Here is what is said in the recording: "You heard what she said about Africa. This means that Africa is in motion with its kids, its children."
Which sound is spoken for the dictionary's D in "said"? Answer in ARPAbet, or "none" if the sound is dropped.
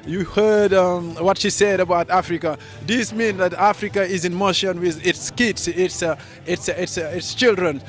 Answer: D